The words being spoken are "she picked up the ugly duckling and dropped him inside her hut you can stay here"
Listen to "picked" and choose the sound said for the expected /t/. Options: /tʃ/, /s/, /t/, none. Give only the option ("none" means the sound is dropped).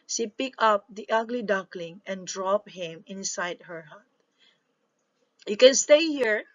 none